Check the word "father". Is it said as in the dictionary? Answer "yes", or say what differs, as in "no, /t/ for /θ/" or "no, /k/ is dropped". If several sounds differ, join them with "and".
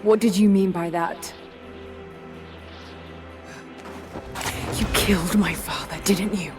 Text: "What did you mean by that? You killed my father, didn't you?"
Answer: yes